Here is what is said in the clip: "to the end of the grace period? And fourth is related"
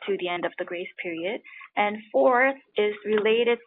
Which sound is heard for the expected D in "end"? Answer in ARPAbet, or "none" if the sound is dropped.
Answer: D